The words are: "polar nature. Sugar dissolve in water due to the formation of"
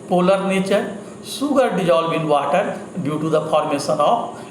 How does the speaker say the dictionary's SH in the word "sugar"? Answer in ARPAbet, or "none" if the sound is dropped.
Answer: S